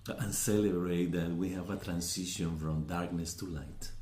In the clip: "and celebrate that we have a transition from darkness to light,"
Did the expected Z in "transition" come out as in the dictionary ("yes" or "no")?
no